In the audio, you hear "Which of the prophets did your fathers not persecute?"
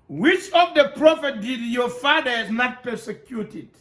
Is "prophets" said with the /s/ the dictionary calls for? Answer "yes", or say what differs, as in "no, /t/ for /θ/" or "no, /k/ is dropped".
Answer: no, /s/ is dropped